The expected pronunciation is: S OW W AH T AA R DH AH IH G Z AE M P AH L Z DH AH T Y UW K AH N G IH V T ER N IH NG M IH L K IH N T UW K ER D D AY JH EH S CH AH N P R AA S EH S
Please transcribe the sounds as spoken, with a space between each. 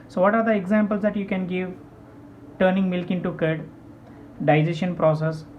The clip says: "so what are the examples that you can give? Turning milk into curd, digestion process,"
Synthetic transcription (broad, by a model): S OW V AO T AA R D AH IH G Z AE M P AH L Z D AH T Y UW K AH N G IH V T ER N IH NG M IH L K IH N T UW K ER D D AY JH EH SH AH N P R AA S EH S